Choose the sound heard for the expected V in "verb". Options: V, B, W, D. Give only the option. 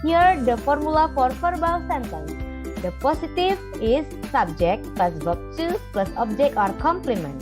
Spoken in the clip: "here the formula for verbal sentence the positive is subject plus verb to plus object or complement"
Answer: B